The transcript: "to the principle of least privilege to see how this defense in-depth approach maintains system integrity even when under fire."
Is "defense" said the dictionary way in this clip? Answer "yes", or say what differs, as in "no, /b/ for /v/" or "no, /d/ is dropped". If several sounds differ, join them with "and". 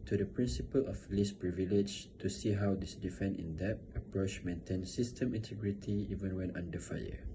no, /s/ is dropped